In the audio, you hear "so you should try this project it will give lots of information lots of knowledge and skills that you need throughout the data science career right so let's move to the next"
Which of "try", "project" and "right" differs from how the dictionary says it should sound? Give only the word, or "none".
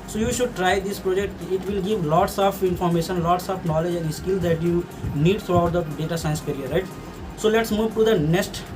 none